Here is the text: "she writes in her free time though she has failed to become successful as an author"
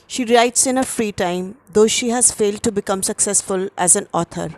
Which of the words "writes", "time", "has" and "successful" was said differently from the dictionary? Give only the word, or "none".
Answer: none